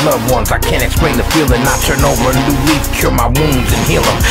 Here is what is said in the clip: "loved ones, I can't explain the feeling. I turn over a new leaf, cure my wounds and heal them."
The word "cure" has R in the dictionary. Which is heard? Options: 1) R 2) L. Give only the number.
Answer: 1